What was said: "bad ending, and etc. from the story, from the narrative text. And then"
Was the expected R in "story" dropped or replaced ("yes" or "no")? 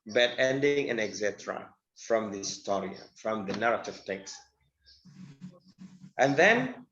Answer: no